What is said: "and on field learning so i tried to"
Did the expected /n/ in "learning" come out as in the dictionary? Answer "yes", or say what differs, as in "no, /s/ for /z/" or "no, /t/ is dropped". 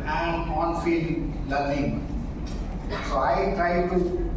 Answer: no, /l/ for /n/